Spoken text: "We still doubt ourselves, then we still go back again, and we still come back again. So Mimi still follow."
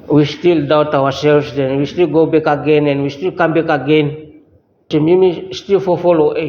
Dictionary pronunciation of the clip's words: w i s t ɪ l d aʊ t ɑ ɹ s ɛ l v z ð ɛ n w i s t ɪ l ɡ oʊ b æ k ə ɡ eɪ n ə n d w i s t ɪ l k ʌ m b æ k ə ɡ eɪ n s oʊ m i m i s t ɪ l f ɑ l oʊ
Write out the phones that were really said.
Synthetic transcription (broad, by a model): w i s t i l d aʊ t ɑ w s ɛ l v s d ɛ n w i s t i l ɡ oʊ b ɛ k ə ɡ eɪ n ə n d w i s t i l k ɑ m b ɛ k ə ɡ eɪ n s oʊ m i m i s t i l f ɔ l oʊ